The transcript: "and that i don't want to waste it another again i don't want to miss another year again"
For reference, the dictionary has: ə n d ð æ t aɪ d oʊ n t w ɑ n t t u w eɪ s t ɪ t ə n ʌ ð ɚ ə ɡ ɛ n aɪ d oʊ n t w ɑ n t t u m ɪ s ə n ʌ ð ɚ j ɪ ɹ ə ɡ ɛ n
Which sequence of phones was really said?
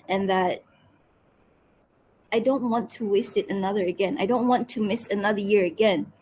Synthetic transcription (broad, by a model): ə n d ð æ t aɪ d oʊ n t w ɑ n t t u w eɪ s t ɪ t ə n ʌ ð ɚ ə ɡ ɛ n aɪ d oʊ n t w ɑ n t t u m ɪ s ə n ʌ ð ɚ j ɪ ɹ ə ɡ ɛ n